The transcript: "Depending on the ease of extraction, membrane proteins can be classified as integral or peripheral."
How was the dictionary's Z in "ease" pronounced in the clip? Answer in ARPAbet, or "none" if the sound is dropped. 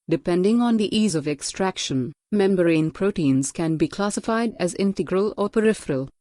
Z